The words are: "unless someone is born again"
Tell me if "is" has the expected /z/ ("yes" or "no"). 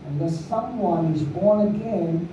yes